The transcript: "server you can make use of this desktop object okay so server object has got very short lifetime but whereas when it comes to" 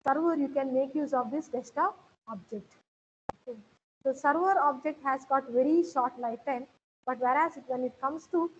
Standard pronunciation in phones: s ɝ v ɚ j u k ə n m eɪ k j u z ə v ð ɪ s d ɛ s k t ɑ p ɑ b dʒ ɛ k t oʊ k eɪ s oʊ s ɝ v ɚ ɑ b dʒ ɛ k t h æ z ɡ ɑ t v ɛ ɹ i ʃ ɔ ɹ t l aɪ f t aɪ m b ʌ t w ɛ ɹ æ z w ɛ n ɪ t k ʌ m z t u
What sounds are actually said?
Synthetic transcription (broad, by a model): s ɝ v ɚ j u k ə n m eɪ k j u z ə v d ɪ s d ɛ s t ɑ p ɑ b dʒ ɛ k t oʊ k eɪ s oʊ s ɝ v ɚ ɑ b dʒ ɛ k t h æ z ɡ ɑ t v ɛ ɹ i ʃ ɔ ɹ t l aɪ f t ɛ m b ʌ t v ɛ ɹ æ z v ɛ n ɪ t k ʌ m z t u